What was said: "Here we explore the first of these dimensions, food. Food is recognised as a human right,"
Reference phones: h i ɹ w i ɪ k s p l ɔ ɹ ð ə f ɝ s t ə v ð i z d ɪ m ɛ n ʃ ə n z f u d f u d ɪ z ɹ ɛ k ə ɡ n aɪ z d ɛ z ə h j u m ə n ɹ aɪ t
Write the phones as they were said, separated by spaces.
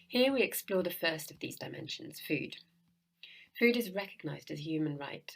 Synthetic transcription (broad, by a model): h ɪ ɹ w i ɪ k s p l ɔ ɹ ð ə f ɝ s t ə v ð i z d ɪ m ɛ n ʃ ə n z f u d f u d ɪ z ɹ ɛ k ə ɡ n aɪ z d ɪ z h j u m ə n ɹ aɪ t